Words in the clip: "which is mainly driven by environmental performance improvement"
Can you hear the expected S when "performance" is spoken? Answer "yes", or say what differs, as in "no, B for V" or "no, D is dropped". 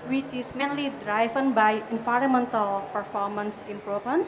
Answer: yes